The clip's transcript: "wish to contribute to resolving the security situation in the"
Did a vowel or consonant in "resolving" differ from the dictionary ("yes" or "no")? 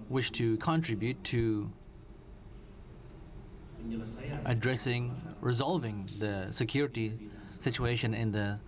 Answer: no